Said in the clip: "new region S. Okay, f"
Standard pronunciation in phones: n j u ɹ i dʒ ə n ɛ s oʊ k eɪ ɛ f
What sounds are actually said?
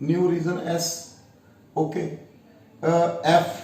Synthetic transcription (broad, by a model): n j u ɹ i z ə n ɛ s oʊ k eɪ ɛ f